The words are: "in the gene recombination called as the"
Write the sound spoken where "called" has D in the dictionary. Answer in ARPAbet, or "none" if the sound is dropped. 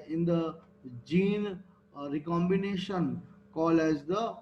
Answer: none